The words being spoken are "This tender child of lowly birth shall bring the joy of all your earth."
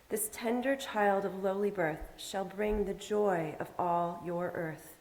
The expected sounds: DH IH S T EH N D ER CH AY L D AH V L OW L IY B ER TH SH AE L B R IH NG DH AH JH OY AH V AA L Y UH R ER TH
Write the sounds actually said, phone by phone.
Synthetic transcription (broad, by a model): DH IH S T EH N D ER CH AY L D AH V L OW L IY B ER TH SH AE L B R IH NG DH AH JH OY AH V AA L Y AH R ER TH